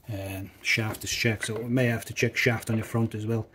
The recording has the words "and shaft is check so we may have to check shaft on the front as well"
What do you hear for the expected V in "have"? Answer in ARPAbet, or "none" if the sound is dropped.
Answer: F